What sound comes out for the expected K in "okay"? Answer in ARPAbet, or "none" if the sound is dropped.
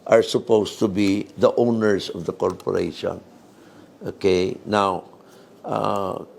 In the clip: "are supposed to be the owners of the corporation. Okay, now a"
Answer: K